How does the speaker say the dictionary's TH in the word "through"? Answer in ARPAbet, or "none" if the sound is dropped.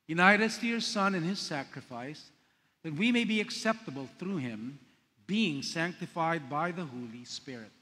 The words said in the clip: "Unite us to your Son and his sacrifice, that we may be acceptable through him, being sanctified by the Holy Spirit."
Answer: TH